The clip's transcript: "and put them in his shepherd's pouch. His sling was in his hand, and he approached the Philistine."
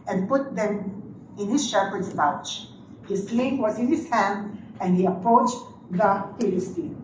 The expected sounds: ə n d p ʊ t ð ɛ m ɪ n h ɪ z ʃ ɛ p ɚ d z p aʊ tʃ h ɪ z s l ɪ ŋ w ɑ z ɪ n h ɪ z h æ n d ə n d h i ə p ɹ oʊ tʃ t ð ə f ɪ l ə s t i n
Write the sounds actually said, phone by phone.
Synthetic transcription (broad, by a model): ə n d p ʊ t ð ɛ m ɪ n h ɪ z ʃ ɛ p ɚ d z b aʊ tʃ h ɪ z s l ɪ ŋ w ɑ z ɪ n h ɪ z h æ n d ə n d h i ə p ɹ oʊ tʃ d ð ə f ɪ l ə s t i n